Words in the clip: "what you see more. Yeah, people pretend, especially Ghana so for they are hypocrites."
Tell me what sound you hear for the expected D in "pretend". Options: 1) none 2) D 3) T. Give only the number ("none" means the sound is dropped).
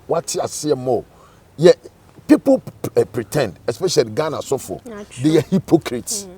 2